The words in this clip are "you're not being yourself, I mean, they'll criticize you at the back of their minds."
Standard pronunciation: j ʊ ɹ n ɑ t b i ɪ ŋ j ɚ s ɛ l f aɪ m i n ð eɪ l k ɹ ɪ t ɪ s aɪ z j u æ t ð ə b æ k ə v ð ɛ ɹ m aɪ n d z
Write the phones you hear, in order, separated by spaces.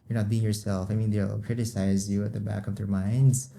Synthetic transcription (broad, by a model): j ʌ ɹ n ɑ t b i ɪ ŋ j ɚ s ɛ l f aɪ m i n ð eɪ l k ɹ ɪ t ɪ s aɪ z j u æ t ð ə b æ k ə v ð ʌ ɹ m aɪ n d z